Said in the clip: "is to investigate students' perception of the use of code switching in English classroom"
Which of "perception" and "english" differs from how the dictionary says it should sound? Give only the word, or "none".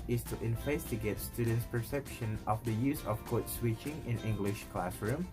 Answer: none